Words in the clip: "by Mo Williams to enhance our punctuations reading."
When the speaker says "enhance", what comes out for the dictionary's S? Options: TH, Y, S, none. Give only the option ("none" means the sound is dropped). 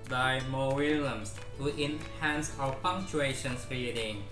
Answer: S